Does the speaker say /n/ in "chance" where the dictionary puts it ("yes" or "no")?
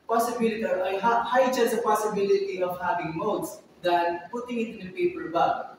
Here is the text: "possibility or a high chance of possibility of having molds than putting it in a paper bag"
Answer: no